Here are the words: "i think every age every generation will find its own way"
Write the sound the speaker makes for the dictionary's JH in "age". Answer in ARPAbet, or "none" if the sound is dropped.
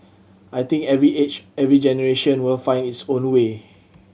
CH